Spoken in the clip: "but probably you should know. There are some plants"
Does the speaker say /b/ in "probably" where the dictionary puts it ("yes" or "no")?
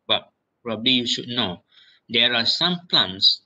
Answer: yes